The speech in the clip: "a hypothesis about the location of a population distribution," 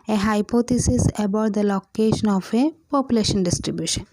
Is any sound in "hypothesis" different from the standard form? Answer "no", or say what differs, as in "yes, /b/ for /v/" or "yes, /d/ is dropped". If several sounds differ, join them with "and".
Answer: yes, /t/ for /θ/